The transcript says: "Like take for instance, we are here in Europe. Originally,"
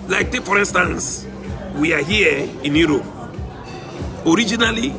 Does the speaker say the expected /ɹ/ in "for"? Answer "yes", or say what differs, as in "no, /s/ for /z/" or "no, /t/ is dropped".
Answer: yes